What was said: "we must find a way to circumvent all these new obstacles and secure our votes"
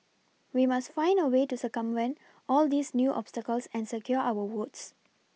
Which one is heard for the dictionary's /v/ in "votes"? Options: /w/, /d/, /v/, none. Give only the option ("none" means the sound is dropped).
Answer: /w/